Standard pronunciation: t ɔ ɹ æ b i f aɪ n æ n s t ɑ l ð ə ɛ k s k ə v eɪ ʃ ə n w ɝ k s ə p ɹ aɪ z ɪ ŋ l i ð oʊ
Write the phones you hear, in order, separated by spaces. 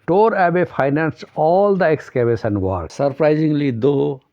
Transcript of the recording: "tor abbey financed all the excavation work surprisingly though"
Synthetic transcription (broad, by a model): t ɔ ɹ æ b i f aɪ n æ n s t ɑ l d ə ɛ k s k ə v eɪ s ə n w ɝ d s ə p ɹ aɪ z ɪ ŋ l i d oʊ